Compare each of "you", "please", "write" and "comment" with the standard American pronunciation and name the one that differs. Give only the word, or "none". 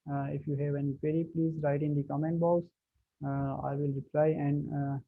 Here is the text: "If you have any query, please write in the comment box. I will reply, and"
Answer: none